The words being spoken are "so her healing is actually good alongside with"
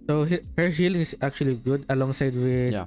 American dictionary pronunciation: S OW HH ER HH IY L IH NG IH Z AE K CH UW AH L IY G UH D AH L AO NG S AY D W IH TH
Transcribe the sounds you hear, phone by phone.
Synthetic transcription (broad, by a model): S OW HH ER HH IY L IH NG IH S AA K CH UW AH L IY G UH D AH L AO NG S AY D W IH